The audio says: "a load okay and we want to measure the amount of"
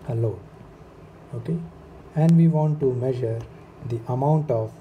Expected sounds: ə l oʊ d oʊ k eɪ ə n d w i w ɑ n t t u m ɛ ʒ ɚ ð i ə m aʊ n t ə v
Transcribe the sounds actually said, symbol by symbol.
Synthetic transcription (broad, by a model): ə l oʊ oʊ k eɪ ə n d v i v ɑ n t t u m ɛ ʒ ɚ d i ə m aʊ n t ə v